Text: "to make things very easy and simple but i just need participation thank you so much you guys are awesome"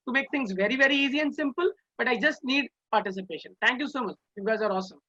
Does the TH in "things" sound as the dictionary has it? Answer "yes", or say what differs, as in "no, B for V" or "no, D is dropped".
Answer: no, T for TH